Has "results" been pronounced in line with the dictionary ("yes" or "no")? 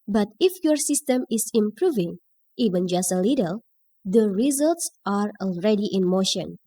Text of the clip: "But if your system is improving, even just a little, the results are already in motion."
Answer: yes